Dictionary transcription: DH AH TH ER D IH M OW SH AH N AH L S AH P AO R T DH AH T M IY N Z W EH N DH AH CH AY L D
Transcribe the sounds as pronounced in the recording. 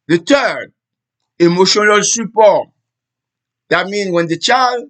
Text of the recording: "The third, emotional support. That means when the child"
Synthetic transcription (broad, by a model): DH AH T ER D IH M OW SH AH N AH L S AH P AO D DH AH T M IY N W EH N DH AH CH AY L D